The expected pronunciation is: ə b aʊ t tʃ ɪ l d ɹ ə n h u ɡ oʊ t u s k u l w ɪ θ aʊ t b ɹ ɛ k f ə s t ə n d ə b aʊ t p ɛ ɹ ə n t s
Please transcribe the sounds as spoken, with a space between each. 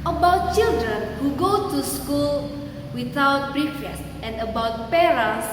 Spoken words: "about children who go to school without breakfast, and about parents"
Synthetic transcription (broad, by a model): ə b aʊ t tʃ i l d ɹ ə n h u ɡ oʊ t u s k u l w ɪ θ aʊ t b ɹ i f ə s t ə n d ə b aʊ t p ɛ ɹ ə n s